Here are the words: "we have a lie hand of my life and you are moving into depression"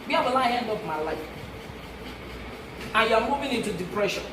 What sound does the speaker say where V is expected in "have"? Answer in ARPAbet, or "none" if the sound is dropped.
B